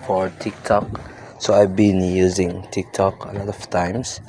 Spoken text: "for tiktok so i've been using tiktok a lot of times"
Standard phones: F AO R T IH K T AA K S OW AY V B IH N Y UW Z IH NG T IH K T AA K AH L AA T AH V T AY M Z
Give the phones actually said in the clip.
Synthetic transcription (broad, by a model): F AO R T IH K T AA K S OW AY V B IH N Y UW Z IH NG T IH K T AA K AH L AA T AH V T AY M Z